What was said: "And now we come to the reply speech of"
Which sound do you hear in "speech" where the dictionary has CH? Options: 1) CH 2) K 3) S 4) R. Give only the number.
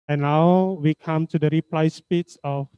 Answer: 3